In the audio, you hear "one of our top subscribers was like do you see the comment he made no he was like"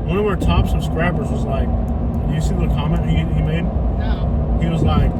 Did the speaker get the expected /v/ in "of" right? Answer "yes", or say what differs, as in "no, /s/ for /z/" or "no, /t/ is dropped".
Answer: no, /w/ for /v/